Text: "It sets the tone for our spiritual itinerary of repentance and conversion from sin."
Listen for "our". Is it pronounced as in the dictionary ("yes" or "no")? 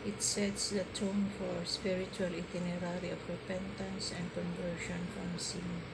yes